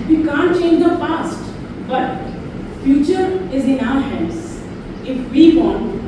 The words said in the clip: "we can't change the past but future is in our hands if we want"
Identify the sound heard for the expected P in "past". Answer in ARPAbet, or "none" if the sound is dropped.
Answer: F